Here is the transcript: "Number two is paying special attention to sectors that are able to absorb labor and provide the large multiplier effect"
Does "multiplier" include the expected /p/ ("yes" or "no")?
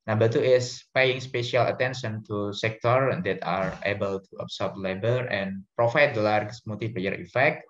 no